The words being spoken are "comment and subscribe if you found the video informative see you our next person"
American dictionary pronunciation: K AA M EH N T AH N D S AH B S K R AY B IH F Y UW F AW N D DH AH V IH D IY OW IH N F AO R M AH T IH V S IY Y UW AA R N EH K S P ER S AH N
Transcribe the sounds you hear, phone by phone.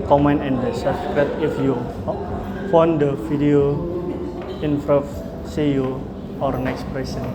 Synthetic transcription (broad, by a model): K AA M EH N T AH N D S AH S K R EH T IH F Y UW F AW N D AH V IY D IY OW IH N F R AH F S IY Y UW AA R N EH K S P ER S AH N